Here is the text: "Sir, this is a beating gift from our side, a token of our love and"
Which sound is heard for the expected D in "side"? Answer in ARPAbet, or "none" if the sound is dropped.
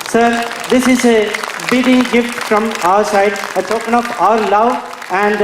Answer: D